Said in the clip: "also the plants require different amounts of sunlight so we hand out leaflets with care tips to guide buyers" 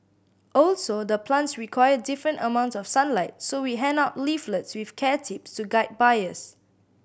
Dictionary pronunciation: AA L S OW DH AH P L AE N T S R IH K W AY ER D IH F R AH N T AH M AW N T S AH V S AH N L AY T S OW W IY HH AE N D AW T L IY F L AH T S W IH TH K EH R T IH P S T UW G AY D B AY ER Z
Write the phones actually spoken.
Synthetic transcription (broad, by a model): AA L S OW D AH P L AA N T S R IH K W AY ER D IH F R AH N T AH M AW N T S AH F S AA N L AY T S OW W IY HH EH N AW T L IY F L AH T S W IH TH K EH T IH P S T UW G AY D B AY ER S